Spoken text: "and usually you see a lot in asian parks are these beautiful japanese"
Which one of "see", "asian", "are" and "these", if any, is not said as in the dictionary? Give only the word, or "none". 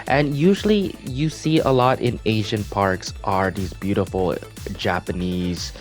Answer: none